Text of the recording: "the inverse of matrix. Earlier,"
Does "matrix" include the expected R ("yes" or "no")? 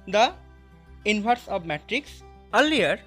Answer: yes